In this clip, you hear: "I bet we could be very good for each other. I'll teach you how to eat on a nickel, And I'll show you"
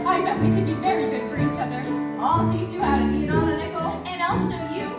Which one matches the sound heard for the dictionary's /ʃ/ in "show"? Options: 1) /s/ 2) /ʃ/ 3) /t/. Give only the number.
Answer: 1